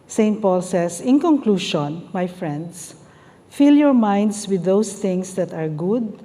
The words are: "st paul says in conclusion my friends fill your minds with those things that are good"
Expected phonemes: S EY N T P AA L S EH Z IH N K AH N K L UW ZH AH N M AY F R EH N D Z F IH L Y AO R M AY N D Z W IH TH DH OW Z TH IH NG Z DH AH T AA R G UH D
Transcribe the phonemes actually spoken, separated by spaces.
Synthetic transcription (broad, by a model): S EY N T P AA L S EH S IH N K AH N K L UW SH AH N M AY F R EH N D S F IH L Y AO R M AY N D S W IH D OW S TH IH NG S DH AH T AA R G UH D